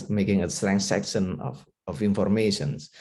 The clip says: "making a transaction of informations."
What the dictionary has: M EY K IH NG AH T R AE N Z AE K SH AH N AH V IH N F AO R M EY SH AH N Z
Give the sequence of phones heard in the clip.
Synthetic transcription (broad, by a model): M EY K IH NG AH S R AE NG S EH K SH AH N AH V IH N F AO R M EY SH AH N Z